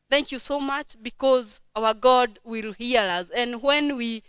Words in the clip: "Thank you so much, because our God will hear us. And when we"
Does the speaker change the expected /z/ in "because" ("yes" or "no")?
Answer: no